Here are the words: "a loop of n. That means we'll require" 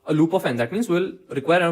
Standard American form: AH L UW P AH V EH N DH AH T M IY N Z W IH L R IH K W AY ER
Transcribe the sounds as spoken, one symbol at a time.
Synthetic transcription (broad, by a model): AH L UW P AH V EH N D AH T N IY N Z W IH L R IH K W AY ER